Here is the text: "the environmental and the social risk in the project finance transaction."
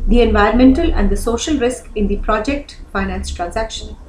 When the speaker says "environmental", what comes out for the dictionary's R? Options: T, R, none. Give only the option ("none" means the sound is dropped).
none